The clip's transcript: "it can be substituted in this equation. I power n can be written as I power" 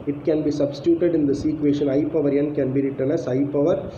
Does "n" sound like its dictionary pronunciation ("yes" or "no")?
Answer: yes